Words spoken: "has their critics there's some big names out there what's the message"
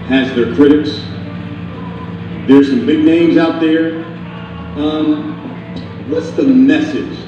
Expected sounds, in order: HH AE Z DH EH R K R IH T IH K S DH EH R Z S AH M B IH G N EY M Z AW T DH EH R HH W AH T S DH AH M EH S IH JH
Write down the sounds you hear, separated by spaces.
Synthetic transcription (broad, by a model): HH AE Z DH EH R K R IH T IH K S DH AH R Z S AH M B IH G N EY M Z AW T DH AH R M W AH T S DH AH M EH S IH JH